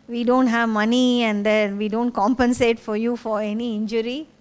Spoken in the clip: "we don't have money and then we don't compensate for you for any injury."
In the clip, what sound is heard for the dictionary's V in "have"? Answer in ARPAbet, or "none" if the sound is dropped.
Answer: V